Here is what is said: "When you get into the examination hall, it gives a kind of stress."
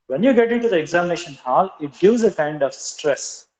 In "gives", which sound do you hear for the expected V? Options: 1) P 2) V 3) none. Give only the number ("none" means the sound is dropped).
3